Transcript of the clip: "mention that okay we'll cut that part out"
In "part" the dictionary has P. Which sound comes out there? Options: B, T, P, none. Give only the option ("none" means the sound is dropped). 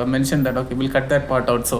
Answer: P